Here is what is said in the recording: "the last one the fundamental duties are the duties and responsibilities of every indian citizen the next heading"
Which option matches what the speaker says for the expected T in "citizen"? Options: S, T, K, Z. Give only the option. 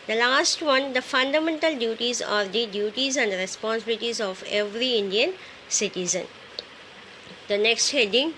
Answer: T